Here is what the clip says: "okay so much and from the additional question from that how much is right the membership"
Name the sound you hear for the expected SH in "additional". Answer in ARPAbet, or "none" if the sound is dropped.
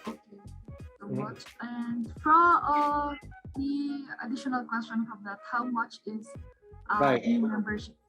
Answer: SH